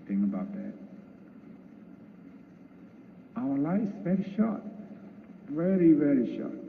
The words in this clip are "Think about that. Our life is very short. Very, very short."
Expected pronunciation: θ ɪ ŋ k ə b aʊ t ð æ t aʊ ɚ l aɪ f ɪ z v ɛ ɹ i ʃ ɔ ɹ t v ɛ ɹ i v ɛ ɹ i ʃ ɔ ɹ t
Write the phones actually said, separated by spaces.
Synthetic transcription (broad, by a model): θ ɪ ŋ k ə b aʊ t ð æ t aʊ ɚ l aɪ ɪ s v ɛ ɹ i ʃ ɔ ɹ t v ɛ ɹ i v ɛ ɹ i ʃ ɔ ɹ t